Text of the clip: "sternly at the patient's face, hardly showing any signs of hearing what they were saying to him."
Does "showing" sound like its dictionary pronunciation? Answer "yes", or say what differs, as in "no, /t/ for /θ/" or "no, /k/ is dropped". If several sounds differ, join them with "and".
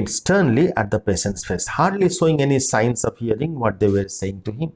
no, /s/ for /ʃ/